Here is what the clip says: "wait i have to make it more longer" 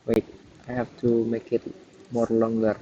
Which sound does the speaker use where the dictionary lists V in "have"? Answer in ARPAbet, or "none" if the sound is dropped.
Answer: F